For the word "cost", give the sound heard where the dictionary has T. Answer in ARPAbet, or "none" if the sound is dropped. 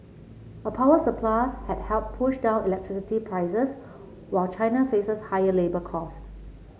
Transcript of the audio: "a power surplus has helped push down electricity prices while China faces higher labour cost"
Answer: T